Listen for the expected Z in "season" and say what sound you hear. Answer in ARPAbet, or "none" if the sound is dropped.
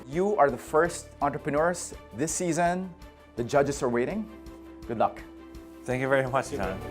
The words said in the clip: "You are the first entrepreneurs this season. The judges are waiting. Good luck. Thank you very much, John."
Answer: Z